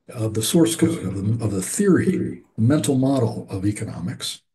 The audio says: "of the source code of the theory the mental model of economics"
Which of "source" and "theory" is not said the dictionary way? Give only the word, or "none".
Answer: none